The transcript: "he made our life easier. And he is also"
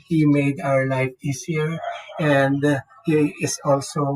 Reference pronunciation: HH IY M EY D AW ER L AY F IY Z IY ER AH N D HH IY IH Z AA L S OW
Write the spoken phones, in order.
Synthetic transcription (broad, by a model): HH IY M EY D AW ER L AY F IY S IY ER AH N D HH IY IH S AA L S OW